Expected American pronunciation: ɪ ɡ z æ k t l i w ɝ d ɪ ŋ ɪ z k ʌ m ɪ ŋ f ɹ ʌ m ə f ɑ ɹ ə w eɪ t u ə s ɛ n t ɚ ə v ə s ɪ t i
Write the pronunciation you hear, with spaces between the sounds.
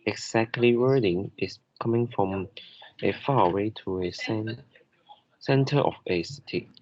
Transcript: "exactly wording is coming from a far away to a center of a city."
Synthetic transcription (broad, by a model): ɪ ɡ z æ k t l i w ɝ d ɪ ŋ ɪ s k ʌ m ɪ ŋ f ɹ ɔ m ə f ɑ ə w eɪ t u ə s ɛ n t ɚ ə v ə s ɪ t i